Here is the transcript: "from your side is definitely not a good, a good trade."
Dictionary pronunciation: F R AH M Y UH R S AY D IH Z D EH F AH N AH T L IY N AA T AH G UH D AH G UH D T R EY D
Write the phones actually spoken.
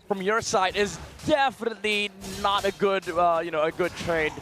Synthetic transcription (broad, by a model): F R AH M Y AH R S AY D IH Z D EH F AH N AH T L IY N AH T AH G UH D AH G UH D T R EY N